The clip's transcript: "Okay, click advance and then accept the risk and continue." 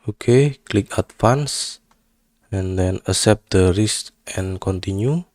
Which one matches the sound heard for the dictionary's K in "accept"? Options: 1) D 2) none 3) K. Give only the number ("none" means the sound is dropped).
2